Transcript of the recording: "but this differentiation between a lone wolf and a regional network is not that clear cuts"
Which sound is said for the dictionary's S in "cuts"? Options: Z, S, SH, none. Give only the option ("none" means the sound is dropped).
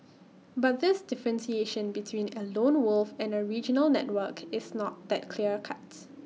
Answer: none